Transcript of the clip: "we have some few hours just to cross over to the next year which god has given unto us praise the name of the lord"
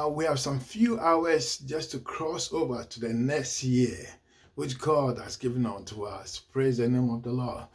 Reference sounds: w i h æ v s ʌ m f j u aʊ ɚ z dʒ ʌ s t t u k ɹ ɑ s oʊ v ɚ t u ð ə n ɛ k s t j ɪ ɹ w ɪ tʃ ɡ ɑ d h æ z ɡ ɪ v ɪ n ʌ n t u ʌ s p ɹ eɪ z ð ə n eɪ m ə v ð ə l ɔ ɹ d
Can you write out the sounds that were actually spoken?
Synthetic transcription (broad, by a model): w i h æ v s ʌ m f j u aʊ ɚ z dʒ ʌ s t t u k ɹ ɑ s oʊ v ɚ t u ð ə n ɛ k s t j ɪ w ɪ tʃ ɡ ɑ d h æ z ɡ ɪ v ɪ n ʌ n t u ʌ s p ɹ eɪ z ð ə n eɪ m ə v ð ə l ɔ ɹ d